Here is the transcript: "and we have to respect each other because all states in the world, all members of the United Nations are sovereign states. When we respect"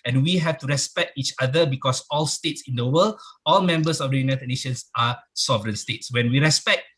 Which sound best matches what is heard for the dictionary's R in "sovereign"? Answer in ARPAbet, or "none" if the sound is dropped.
R